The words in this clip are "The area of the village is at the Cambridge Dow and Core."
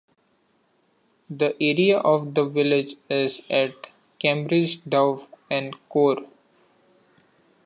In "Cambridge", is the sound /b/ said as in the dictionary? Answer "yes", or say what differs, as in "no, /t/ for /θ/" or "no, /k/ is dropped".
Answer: yes